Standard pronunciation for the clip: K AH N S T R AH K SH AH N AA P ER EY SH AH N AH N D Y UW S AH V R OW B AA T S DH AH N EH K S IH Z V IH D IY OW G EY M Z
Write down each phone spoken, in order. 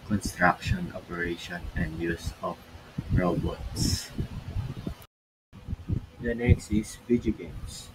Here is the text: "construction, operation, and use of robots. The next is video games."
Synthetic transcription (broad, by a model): K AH N S T R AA K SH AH N AA P ER EY SH AH N AH N D Y UW S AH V R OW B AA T S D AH N EH K S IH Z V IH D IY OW G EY M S